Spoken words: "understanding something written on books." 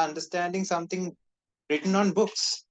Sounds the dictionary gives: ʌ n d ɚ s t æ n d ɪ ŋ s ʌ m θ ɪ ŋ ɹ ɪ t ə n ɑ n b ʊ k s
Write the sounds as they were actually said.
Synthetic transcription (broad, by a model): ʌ n d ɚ s t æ n d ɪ ŋ s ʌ m t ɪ ŋ ɹ ɪ t ə n ɑ n b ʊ k s